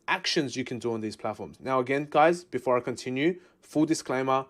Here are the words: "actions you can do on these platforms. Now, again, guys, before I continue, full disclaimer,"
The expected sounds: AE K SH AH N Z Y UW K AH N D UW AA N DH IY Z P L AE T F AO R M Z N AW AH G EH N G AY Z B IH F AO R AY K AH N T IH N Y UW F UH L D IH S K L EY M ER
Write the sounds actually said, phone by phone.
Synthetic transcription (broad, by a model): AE K SH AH N Z Y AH K AH N D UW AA N DH IY Z P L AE T F AO R M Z N AW AH G EH N G AY Z B IH F AO R AY K AH N T IH N Y UW F UH L D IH S K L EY M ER